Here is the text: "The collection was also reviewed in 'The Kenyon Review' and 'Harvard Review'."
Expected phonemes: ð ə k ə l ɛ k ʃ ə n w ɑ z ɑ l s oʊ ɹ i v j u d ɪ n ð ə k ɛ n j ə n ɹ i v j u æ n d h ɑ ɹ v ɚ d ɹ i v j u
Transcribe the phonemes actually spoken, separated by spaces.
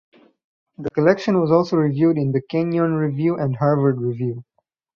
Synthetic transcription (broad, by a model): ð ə k ə l ɛ k ʃ ə n w ɑ z ɑ l s oʊ ɹ i v j u d ɪ n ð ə k ɛ n j ə n ɹ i v j u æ n d h ɑ ɹ v ɚ d ɹ i v j u